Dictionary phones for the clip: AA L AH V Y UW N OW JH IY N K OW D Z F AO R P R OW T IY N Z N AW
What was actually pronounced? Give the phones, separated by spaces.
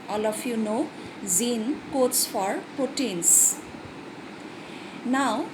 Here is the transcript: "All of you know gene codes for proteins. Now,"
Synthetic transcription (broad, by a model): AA L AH F Y UW N OW Z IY N K OW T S F AO R P R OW T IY N S N AW